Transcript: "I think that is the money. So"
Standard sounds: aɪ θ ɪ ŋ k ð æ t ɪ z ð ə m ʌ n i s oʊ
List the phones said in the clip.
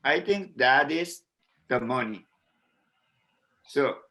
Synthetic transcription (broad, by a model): aɪ t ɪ ŋ k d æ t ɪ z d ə m ʌ n i s oʊ